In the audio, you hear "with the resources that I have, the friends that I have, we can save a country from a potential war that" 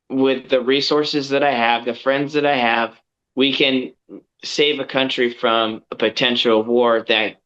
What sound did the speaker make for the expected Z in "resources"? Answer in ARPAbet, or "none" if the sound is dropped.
Z